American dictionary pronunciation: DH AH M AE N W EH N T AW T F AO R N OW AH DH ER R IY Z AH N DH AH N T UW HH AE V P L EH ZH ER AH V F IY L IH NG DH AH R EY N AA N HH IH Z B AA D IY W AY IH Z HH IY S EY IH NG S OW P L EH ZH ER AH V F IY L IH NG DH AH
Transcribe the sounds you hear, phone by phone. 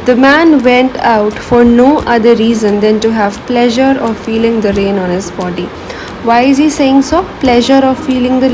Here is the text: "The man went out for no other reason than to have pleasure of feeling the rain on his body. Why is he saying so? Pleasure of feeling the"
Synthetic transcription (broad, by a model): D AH M AE N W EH N T AW T F AO R N OW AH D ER R IY Z AH N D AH N T UW HH AE V P L EH ZH ER AH V F IY L IH NG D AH R EY N AA N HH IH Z B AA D IY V AY IH Z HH IY S EY IH NG S OW P L EH ZH ER AH V F IY L IH NG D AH